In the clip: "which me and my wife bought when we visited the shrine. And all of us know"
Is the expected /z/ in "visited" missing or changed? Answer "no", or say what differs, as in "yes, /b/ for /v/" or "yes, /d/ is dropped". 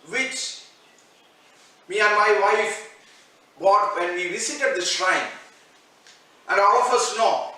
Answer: yes, /s/ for /z/